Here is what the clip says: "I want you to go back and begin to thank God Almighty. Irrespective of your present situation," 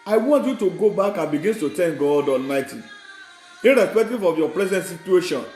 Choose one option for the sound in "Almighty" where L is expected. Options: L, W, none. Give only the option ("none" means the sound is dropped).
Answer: L